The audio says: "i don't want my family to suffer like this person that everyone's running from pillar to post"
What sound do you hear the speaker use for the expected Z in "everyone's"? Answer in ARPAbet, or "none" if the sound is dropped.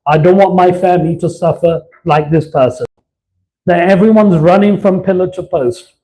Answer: Z